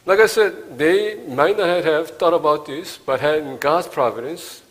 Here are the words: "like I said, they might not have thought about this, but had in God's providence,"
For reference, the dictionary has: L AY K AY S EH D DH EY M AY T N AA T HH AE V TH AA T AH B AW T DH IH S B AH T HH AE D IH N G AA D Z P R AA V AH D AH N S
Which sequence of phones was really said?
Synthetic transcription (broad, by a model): L AY K AY S EH D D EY M AY T N AA T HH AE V T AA T AH B AW T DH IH S B AH T HH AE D IH N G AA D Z P R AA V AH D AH N S